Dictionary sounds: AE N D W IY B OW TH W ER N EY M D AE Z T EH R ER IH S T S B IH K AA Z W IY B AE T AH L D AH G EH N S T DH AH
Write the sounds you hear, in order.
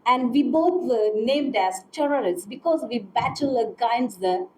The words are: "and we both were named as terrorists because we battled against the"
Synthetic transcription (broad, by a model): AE N D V IY B OW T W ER N EY M D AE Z T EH R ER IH S T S B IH K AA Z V IY B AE T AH L AH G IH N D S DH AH